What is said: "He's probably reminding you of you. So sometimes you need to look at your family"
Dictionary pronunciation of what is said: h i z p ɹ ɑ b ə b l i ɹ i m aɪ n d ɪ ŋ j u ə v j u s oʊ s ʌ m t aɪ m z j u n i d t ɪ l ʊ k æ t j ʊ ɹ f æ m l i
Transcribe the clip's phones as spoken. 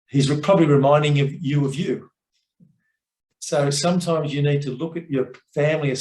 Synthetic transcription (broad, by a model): h i z p ɹ ɑ b ə b l i ɹ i m aɪ n d ɪ ŋ j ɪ ə v j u s oʊ s ʌ m t aɪ m z j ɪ n i d t ɪ l ʊ k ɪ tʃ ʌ ɹ f æ m l i